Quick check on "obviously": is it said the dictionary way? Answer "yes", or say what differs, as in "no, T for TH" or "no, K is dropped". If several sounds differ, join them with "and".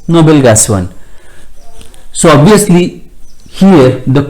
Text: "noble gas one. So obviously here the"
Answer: no, V is dropped